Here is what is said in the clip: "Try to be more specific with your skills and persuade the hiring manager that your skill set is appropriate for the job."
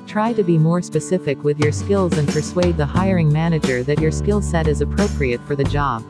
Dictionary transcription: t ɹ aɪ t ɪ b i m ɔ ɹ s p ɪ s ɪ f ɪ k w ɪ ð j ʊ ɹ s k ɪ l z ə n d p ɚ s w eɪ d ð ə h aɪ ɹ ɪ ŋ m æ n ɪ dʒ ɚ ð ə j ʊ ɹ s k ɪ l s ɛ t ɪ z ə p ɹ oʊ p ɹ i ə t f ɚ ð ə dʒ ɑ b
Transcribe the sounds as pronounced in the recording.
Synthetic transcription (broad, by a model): t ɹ aɪ t ɪ b i m ɔ ɹ s p ɪ s ɪ f ɪ k w ɪ ð j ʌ ɹ s k ɪ l z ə n p ɚ s w eɪ d ð ə h aɪ ɹ ɪ ŋ m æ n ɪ dʒ ɚ ð ə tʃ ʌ ɹ s k ɪ l s ɛ t ɪ z ə p ɹ oʊ p ɹ i ə t f ɚ ð ə dʒ ɑ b